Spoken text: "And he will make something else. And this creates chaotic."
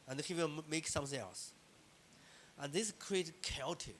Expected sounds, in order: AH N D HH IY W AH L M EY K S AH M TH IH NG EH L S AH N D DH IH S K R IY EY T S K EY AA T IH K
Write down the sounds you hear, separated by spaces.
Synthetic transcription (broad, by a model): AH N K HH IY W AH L M EY K S AH M TH IH NG EH L S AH N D DH IH S K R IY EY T K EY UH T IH